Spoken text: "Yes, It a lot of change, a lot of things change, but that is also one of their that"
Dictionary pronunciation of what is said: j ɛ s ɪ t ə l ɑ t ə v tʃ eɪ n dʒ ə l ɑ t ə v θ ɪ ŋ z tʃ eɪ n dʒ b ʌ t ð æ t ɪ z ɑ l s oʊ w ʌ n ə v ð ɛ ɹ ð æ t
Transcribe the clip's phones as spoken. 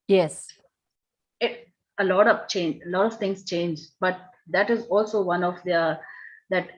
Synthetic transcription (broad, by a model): j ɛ s ɪ t ə l ɑ t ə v tʃ eɪ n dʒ ə l ɑ t ə v t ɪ ŋ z tʃ eɪ n dʒ b ʌ t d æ t ɪ z ɑ l s oʊ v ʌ n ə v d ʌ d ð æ t